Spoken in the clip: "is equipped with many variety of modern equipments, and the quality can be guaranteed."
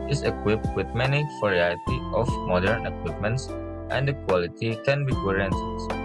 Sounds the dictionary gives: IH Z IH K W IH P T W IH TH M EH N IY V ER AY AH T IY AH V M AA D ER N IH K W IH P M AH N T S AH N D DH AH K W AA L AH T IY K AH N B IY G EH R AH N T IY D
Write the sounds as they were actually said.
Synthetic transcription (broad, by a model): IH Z IH K W IH P T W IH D M EH N IY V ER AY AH T IY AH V M AA D ER N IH K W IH P M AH N T S AH N D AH K W AA L AH T IY K AH N B IY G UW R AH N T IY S